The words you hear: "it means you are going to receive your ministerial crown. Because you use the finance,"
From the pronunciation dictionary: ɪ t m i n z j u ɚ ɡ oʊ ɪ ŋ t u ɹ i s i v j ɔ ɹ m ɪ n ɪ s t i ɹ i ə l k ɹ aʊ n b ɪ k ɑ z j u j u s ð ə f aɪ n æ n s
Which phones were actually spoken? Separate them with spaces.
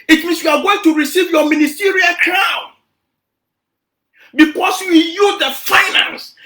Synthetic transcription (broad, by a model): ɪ t m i n s j u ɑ ɡ oʊ ɪ ŋ t u ɹ i s i v j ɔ m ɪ n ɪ s t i ɹ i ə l k ɹ aʊ n b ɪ k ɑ s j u j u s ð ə f aɪ n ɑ n s